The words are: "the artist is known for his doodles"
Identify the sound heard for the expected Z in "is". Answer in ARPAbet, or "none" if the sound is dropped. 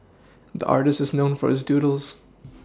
Z